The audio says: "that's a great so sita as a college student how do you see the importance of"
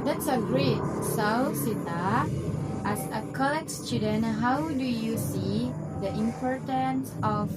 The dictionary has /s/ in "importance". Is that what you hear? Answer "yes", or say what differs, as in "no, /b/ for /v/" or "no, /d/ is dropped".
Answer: yes